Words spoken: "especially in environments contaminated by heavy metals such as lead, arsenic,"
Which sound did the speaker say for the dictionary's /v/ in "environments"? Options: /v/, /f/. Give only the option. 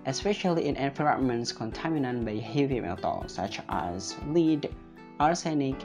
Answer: /f/